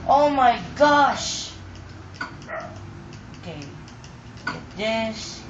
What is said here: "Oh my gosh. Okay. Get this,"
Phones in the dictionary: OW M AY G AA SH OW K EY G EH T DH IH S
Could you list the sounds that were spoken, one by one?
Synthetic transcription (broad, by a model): OW M AY G AA SH OW K EY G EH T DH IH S